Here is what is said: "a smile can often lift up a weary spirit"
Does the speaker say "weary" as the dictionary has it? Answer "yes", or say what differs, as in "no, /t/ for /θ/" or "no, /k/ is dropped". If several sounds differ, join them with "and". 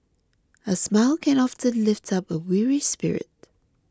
yes